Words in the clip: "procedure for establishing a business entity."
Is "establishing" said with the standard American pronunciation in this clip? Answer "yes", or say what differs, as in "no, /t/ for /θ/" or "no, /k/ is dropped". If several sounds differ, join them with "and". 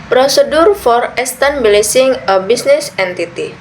no, /s/ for /ʃ/